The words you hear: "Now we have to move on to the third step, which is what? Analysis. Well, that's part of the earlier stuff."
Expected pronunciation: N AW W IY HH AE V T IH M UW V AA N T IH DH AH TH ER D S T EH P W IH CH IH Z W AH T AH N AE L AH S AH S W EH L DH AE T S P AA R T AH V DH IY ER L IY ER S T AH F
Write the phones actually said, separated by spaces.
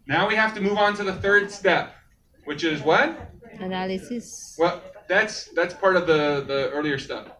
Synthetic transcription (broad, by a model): N AW W IY HH AE F T IH M UW V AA N T IH DH AH TH ER D S T EH P W IH CH IH Z W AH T AH N AE L AH S AH S W EH L DH AE T S P AA R T AH V DH IY ER L IY ER S T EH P